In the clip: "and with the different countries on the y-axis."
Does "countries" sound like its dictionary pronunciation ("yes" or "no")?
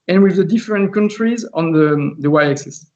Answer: yes